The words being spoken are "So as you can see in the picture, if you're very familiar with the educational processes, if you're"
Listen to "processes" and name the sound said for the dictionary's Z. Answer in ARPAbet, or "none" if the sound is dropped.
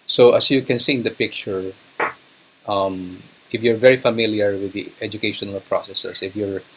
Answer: S